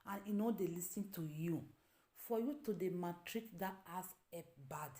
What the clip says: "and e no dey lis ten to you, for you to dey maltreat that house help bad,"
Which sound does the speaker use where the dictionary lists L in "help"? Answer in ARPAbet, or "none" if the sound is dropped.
none